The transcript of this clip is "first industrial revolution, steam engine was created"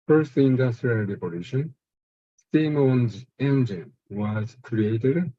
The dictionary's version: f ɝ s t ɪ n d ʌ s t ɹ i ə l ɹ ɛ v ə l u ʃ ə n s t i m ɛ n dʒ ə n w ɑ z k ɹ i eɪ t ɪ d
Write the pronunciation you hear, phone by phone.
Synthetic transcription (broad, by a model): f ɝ s t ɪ n d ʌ s t ɹ i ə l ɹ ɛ p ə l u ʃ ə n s t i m ɛ n dʒ ə n w ɑ z k ɹ i eɪ t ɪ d